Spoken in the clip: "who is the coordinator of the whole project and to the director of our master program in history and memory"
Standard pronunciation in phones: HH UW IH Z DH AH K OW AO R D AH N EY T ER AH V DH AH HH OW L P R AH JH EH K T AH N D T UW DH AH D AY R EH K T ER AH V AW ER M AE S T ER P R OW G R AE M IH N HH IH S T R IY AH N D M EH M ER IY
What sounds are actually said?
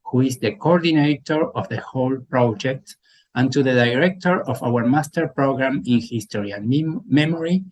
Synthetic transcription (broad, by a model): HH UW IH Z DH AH K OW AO R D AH N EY T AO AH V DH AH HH OW L P R AH JH EH K T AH N T UW DH AH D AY R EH K T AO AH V AW ER M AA S T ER P R OW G R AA M IH N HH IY S T R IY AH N M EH M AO IY